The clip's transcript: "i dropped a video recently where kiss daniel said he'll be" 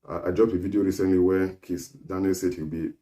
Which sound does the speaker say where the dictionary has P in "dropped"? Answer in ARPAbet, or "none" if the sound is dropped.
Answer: none